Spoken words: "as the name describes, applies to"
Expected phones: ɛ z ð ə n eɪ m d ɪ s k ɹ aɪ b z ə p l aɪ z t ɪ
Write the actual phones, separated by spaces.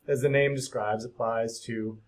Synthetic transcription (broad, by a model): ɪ z ð ə n eɪ m d ɪ s k ɹ aɪ b z ə p l aɪ z t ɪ